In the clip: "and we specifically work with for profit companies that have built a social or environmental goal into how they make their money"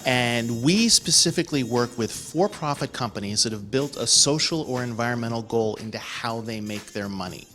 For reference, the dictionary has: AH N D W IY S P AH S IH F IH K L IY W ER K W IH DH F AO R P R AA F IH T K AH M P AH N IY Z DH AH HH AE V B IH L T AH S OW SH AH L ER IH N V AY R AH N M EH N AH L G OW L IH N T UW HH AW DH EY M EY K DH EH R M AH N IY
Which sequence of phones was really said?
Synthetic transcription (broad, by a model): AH N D W IY S P AH S IH F IH K L IY W ER K W IH DH F AO R P R AA F IH T K AH M P AH N IY Z DH AH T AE V B IH L T AH S OW SH L ER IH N V AY R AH N M EH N L G OW L IH N T UW HH AW DH EY M EY K DH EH R M AH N IY